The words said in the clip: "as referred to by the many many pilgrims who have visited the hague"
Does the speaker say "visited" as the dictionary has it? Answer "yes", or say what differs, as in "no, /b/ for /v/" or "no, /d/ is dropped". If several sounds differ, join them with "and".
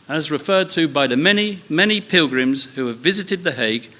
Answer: yes